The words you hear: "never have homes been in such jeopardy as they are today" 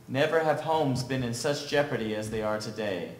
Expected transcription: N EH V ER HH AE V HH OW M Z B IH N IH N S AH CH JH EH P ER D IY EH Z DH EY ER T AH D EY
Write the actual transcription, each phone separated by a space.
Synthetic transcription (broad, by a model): N EH V ER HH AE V HH OW M Z B IH N IH N S AH CH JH EH P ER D IY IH Z DH EY ER T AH D EY